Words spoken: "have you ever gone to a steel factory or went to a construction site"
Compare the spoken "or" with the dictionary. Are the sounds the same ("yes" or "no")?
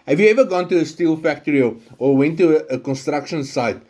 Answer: no